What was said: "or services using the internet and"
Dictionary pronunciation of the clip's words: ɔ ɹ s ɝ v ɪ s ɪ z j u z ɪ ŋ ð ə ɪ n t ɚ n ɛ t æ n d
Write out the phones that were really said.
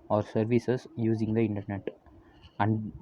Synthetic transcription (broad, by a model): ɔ ɹ s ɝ v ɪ s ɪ s j u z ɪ ŋ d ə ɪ n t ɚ n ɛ t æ n d